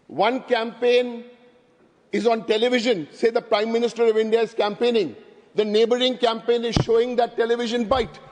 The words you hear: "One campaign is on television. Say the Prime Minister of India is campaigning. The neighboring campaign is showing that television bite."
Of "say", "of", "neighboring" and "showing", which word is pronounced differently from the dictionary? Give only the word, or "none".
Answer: none